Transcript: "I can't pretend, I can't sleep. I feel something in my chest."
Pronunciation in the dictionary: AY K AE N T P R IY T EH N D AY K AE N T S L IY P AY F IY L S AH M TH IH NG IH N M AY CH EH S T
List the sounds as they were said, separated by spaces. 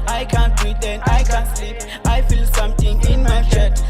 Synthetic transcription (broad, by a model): AY K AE N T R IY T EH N AY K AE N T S IY AY F IY L S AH M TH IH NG IH N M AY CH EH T